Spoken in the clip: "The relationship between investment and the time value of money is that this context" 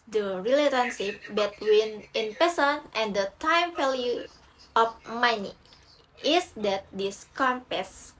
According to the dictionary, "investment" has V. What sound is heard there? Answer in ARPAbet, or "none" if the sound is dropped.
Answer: P